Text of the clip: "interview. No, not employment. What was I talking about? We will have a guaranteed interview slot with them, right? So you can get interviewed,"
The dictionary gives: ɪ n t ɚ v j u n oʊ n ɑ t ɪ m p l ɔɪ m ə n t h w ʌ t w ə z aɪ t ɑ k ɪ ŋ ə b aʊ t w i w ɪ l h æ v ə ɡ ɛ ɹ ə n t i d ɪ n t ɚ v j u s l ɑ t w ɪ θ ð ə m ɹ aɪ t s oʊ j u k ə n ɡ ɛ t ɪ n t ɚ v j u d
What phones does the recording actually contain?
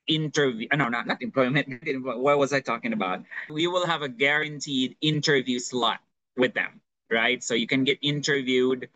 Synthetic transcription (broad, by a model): ɪ n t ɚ v j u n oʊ n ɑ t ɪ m p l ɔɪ m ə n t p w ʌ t w ə z aɪ t ɑ k ɪ ŋ ə b aʊ t w i w ɪ l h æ v ə ɡ ɛ ɹ ə n t i d ɪ n t ɚ v j u s l ɑ t w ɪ ð ə m ɹ aɪ t s oʊ j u k ə n ɡ ɛ t ɪ n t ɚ v j u d